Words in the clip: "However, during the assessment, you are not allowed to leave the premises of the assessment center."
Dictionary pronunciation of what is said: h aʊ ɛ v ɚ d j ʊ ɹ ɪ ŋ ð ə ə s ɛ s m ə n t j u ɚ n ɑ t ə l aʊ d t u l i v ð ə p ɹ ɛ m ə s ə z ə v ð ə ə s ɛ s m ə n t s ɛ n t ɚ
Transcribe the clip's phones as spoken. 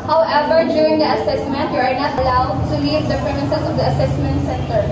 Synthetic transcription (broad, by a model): h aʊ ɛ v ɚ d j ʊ ɹ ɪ ŋ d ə ə s ɛ s m ə n t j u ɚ n ɑ t ə l aʊ d t u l i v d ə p ɹ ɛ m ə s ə s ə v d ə ə s ɛ s m ə n t s ɛ n t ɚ